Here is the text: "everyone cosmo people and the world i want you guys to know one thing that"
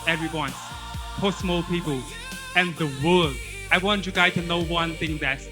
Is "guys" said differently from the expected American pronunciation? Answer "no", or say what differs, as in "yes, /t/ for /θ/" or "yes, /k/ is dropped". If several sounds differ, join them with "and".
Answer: yes, /z/ is dropped